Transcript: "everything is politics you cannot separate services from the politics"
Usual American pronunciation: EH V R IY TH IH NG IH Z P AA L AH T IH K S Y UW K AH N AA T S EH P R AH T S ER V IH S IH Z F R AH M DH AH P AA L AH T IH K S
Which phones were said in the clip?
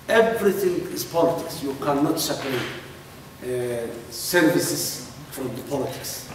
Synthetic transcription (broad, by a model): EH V R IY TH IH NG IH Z P AA L AH T IH K S Y UW K AH N AA T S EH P AH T S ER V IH S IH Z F R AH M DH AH P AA L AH T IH K S